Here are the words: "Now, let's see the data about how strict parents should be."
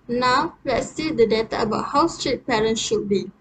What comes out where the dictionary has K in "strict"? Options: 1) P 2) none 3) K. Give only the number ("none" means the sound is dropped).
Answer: 2